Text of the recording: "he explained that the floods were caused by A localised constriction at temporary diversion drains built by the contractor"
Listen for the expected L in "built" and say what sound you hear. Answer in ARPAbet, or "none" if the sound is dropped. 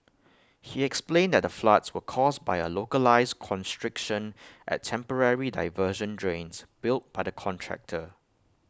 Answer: L